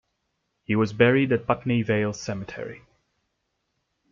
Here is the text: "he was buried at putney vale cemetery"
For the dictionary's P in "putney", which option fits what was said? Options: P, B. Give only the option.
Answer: B